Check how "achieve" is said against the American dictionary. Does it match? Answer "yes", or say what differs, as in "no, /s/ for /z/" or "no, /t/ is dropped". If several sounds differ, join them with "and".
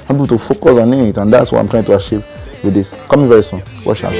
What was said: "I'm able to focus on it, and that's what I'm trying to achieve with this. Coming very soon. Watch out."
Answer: no, /ʃ/ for /tʃ/